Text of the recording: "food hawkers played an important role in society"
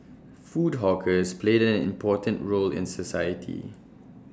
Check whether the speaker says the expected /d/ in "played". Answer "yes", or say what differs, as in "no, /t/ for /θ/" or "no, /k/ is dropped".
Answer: yes